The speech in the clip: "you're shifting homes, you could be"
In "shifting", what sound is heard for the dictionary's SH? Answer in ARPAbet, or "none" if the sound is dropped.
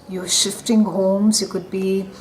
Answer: SH